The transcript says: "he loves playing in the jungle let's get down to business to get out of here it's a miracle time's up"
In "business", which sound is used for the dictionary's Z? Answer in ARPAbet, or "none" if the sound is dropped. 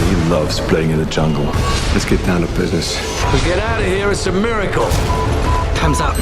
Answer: Z